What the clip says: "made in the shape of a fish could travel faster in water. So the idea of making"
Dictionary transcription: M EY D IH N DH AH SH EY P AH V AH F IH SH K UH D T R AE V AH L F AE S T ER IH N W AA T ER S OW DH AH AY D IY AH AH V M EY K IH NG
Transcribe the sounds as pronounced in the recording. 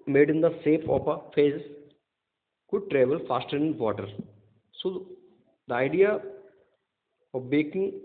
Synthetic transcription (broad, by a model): M EY D IH N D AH S EY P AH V AH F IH S K UH D T R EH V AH L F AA S T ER IH N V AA T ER S OW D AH AY D IY AH AH V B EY K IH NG